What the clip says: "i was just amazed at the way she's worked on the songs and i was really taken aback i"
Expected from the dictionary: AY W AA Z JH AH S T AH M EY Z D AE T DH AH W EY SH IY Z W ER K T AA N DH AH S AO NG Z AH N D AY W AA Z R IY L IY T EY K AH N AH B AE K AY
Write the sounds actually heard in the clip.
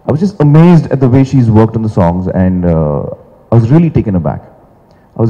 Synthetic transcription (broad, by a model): AY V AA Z JH AH S T AH M EY Z D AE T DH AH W EY SH IY Z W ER K T N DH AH S AO NG Z AH N D AY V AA Z R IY L IY T EY K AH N AH B AE K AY